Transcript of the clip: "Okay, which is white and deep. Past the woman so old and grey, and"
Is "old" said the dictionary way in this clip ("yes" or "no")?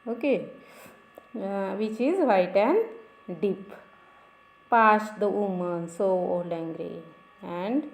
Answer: no